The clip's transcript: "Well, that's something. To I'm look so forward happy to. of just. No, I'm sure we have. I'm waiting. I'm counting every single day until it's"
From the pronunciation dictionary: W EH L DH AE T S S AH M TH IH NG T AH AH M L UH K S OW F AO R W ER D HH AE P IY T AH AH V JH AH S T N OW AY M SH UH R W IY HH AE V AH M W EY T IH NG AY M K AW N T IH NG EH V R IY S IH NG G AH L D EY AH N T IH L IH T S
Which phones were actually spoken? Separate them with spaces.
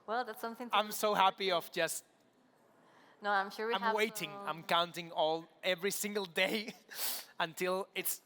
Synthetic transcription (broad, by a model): W EH L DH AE T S S AH M TH IH NG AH AH M S OW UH HH AE P IY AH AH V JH AH S T N OW AY M SH UH R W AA AH M W EY T IH NG AY M K AW N T IH NG EH V R IY S IH NG G AH L D EY AH N T IH L IH T S